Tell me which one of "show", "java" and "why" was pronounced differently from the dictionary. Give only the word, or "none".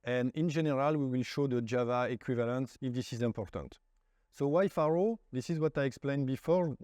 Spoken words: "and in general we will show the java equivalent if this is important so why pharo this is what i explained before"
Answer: none